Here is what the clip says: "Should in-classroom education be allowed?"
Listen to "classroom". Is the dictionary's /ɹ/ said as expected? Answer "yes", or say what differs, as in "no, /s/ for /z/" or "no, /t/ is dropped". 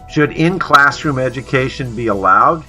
yes